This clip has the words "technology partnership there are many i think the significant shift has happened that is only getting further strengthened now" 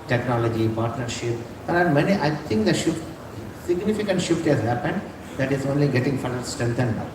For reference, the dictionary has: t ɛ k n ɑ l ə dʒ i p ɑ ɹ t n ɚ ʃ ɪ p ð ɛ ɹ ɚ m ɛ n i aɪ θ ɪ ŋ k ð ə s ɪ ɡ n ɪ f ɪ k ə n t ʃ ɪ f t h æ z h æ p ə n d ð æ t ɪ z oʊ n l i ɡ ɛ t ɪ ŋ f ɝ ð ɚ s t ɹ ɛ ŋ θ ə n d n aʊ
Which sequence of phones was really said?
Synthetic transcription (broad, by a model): t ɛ k n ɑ l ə dʒ i p ɑ ɹ t n ɚ ʃ ɪ p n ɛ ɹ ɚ m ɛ n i aɪ t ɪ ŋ k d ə s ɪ ɡ n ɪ f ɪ k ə n t ʃ ɪ f t h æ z h æ p ə n d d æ t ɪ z oʊ n l i ɡ ɛ t ɪ ŋ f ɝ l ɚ s t ɹ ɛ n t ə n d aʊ